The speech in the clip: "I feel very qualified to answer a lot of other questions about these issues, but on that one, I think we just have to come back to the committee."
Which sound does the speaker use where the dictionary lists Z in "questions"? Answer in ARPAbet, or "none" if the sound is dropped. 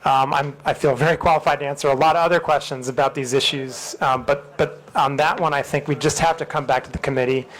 Z